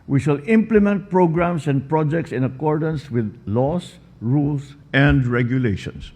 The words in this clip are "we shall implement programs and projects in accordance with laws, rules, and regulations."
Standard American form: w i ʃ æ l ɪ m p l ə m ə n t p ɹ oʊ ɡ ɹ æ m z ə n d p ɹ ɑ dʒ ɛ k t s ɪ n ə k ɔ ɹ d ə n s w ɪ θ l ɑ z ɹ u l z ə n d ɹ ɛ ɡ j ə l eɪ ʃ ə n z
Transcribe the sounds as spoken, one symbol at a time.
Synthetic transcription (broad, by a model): w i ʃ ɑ l ɪ m p l ə m ə n t p ɹ oʊ ɡ ɹ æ m s ə n d p ɹ ɑ dʒ ɛ k t s ɪ n ə k ɔ ɹ d ə n s w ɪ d l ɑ s ɹ u l s ə n d ɹ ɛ ɡ j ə l eɪ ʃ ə n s